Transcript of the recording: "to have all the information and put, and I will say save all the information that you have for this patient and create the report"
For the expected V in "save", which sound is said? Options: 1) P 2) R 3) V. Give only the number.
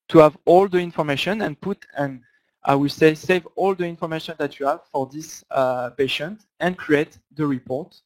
3